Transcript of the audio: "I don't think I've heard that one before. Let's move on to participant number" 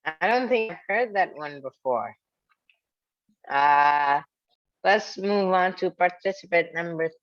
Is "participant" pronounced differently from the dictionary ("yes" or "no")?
yes